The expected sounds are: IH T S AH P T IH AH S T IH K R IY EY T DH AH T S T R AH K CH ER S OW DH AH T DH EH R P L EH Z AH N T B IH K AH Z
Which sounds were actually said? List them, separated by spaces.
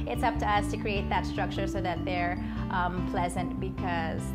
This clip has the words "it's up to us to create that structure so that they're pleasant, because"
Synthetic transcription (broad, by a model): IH T S AH P T IH AH S T IH K R IY EY T DH AH T S T R AH K CH ER S OW DH AH T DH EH R P L EH Z AH N T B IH K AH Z